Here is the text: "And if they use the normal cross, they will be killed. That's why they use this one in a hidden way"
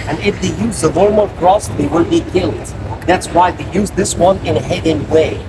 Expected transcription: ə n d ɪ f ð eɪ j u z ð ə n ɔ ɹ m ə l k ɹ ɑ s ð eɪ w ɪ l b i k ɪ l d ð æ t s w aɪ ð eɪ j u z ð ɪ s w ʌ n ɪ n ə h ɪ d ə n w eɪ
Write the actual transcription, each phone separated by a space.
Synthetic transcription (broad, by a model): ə n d ɪ f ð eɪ j u z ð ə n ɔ ɹ m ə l k ɹ ɑ s ð eɪ w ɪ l b i k ɪ l d ð æ t s w aɪ ð eɪ j u z ð ɪ s w ʌ n ɪ n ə h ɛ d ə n w eɪ